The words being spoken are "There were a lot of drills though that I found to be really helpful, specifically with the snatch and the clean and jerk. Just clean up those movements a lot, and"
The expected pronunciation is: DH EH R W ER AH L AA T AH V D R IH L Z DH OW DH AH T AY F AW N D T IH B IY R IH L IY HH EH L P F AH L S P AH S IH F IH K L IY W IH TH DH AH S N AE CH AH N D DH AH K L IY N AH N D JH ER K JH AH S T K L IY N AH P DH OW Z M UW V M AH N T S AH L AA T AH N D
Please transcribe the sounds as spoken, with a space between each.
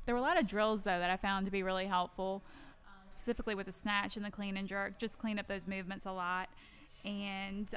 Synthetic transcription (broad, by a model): DH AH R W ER AH L AA T AH V D R IH L Z DH OW DH AH T AY F AW N T IH B IY R IH L IY HH EH L P F L S P AH S IH F IH K L IY W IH DH AH S N AE CH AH N DH AH K L IY N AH N JH ER K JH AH S K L IY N AH P DH OW Z M UW V M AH N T S AH L AA T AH N